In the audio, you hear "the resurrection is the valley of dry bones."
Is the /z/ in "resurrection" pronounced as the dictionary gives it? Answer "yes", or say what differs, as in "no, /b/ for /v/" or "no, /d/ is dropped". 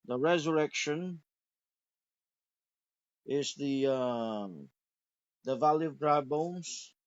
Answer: yes